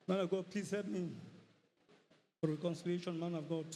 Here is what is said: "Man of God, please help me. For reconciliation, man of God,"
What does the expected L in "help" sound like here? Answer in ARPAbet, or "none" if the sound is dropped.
none